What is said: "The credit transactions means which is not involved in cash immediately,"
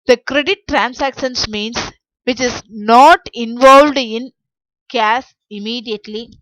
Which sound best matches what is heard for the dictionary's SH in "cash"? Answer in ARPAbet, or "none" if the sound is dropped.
S